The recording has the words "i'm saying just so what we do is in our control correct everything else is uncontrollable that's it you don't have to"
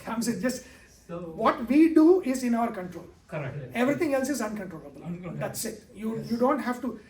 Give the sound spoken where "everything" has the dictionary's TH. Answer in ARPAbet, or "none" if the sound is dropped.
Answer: T